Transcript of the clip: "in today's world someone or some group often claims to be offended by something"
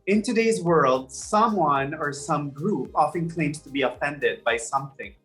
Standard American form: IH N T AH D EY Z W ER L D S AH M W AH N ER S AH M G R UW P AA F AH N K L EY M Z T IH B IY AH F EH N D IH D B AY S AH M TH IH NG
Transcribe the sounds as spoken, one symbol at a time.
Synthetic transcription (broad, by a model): IH N T AH D EY Z W ER L D S AH M W AH N ER S AH M G R UW P AA F AH N K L EY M T IH B IY AH F EH N D IH D B AY S AH M TH IH NG